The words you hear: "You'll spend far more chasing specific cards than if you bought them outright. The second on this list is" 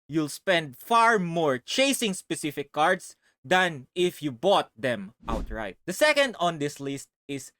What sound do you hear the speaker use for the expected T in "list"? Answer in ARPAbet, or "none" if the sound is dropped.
T